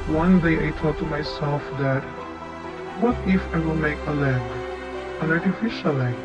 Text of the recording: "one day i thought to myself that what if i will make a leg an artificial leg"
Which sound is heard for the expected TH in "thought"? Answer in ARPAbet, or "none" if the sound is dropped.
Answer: T